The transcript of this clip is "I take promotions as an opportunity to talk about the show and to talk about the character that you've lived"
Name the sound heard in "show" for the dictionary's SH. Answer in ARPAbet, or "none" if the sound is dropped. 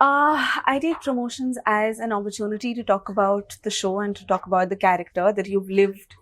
SH